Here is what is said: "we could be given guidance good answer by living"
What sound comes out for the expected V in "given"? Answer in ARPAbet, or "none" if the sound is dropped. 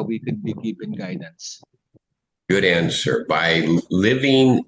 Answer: P